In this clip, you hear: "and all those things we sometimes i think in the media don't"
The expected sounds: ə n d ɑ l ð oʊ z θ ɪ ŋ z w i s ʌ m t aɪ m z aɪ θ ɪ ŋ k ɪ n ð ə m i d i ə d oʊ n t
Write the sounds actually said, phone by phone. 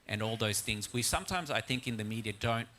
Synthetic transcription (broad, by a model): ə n ɑ l ð oʊ z θ ɪ ŋ z w i s ʌ m t aɪ m z aɪ θ ɪ ŋ k ɪ n ð ə m i d i ə d oʊ n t